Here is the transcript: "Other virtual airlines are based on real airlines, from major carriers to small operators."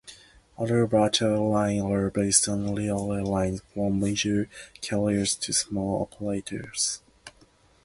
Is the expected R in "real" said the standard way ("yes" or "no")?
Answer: no